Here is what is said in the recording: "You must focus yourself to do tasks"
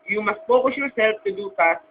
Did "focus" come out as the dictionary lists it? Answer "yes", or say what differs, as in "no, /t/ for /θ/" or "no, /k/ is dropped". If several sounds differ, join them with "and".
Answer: no, /p/ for /f/